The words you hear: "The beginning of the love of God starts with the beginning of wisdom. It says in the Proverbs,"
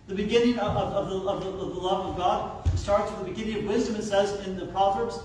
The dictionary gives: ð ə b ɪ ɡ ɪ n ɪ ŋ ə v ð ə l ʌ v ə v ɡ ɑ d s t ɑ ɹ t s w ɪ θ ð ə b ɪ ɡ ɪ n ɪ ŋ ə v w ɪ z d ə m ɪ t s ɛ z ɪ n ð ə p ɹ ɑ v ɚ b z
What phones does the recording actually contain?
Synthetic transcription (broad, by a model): ð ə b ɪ ɡ ɪ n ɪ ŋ ə v ð ə l ʌ v ə v ɡ ɑ d s t ɑ ɹ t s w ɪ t ð ə b ɪ ɡ ɪ n ɪ ŋ ə v w ɪ z d ə m ɪ t s ɛ z ɪ n ð ə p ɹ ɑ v ɚ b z